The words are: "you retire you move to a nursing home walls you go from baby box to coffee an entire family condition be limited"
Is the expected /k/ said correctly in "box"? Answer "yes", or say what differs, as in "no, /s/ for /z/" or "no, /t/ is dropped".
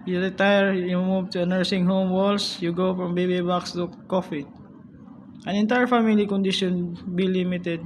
yes